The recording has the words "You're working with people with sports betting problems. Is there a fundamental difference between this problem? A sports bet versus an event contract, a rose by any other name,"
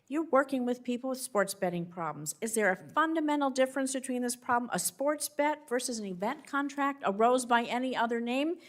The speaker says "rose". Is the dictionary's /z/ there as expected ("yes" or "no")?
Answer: yes